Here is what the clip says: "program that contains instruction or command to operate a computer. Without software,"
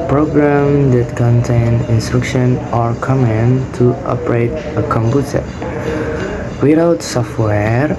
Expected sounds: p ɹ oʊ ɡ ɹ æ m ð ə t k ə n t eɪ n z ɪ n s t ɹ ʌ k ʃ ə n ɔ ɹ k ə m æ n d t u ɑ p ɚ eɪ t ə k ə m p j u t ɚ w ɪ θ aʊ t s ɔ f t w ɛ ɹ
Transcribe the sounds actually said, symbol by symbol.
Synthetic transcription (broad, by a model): p ɹ oʊ ɡ ɹ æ m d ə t k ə n t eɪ n ɪ n s t ɹ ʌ k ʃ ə n ɔ ɹ k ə m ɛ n t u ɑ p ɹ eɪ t ə k ə m p j u t ɚ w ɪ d aʊ t s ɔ f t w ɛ ɹ